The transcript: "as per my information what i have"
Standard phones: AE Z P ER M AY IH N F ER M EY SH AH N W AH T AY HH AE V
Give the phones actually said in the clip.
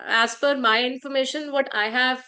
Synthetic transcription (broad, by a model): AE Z F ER M AY IH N F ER M EY SH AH N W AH T AY HH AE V